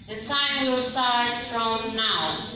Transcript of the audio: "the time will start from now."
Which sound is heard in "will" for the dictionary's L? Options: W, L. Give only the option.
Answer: W